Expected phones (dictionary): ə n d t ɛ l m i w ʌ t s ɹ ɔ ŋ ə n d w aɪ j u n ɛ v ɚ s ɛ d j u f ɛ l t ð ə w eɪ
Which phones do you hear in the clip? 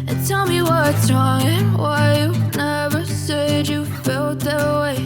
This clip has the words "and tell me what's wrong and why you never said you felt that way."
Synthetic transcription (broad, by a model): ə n t ɛ l m i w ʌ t ɹ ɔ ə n w aɪ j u n ɛ v ɚ s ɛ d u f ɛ l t ð ə w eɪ